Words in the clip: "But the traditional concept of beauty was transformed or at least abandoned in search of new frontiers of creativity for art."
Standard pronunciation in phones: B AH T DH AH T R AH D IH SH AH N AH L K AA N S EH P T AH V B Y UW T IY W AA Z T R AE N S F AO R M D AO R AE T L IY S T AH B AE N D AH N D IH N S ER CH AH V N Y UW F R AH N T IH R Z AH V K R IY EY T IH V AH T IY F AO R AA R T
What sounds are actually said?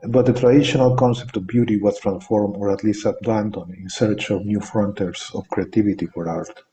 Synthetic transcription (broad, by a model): B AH T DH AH T R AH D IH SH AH N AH L K AA N S EH P T AH V B Y UW T IY W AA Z T R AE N S F AO R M AO R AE T L IY S T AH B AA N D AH N IH N S ER CH AH V N Y UW F R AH N T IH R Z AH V K R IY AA T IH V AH T IY F AO R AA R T